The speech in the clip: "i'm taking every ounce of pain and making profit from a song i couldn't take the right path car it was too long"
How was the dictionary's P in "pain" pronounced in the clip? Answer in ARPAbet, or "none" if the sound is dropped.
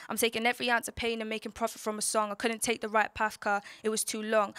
P